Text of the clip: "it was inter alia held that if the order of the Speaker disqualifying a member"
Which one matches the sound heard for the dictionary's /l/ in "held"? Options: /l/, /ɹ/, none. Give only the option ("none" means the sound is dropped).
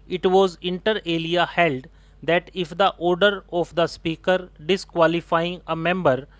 /l/